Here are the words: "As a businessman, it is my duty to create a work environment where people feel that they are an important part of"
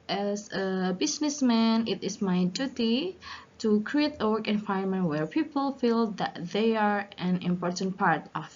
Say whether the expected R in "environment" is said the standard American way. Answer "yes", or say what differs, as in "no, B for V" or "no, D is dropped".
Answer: no, R is dropped